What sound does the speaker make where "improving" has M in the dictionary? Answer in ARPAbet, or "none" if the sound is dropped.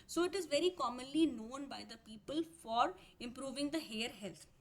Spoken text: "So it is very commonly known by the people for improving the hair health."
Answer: M